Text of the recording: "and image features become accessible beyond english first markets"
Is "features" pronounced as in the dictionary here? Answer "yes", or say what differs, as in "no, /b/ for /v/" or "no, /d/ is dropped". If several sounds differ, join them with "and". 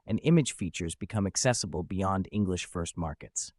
yes